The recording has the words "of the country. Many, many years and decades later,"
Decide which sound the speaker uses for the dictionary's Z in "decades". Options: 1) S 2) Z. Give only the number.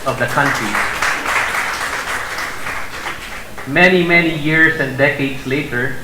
1